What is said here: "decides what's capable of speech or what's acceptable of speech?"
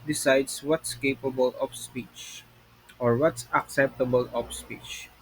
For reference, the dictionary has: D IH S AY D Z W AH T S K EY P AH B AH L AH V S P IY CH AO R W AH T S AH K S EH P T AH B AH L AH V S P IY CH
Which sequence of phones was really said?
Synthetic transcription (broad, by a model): D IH S AY D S W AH T S K EY P AH B AH L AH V S P IY CH AO R W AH T S AH K S EH P T AH B AH L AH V S P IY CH